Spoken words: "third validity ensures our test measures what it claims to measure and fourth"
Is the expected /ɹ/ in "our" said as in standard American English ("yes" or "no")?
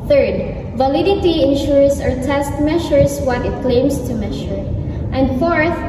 yes